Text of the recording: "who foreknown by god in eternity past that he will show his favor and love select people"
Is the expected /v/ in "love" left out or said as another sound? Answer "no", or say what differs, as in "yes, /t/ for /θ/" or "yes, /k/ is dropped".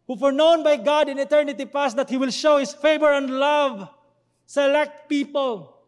no